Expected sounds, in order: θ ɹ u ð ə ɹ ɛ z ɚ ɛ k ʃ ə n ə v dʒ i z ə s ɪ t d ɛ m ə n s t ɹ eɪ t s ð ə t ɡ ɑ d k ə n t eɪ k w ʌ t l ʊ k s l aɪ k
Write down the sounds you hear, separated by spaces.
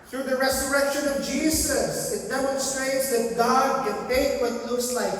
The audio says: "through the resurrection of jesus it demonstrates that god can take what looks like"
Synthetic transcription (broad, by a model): θ ɹ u ð ə ɹ ɛ z ɚ ɛ k ʃ ə n ə v dʒ i z ə s ɪ t d ɛ m ə n s t ɹ eɪ t s ð ə t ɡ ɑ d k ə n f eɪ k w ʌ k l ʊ s l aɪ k